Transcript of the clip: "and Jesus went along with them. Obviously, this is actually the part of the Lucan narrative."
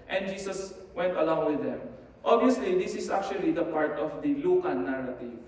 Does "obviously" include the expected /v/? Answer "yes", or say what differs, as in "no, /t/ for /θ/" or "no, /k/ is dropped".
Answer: no, /v/ is dropped